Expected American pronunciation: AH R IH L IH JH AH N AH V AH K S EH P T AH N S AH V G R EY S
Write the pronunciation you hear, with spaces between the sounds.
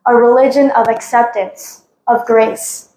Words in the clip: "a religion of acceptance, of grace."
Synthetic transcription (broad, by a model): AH R IH L IH JH AH N AH V AH K S EH P T AH N S AH V G R EY S